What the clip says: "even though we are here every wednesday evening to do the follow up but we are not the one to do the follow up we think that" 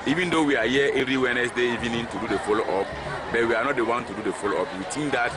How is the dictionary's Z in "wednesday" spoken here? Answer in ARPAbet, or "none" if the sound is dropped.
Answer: S